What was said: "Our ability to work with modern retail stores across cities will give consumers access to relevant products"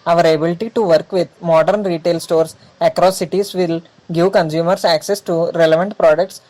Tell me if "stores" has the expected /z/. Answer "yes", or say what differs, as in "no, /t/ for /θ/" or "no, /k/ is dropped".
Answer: no, /s/ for /z/